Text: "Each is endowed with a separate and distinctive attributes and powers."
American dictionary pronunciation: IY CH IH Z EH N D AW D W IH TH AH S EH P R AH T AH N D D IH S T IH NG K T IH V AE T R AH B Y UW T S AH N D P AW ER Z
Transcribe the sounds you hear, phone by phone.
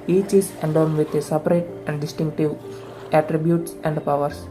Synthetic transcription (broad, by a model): IY CH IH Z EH N D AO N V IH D AH S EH P R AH T AH N D D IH S T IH NG K T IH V AE T R AH B Y UW T S AH N D P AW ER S